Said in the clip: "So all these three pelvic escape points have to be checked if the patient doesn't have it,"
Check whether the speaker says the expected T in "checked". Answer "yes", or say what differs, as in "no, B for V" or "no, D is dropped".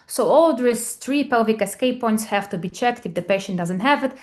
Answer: yes